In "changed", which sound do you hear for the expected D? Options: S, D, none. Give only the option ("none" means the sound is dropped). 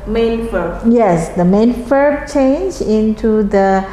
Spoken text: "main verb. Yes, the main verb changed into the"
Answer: none